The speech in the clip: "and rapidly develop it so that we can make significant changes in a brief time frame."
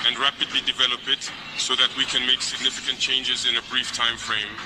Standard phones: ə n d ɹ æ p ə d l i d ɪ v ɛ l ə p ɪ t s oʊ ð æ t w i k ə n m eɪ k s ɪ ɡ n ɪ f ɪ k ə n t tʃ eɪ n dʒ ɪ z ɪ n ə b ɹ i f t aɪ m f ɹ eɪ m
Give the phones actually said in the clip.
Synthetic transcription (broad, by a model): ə n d ɹ æ p ə d l i d ɪ v ɛ l ə p ɪ t s oʊ ð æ t w i k ə n m eɪ k s ɪ ɡ n ɪ f ɪ k ə n t tʃ eɪ n dʒ ɪ z ɪ n ə b ɹ i f t aɪ m f ɹ eɪ m